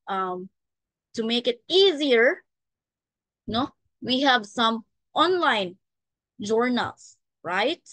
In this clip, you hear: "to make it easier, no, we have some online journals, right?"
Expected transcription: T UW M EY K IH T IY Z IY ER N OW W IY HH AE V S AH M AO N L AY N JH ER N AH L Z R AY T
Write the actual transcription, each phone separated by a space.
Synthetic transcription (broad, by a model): T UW M EY K IH T IY Z IY ER N OW W IY HH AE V S AH M AO N L AY N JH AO N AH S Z R AY T